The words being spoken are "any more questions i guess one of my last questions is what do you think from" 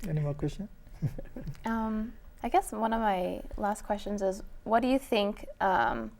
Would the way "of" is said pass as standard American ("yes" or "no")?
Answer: yes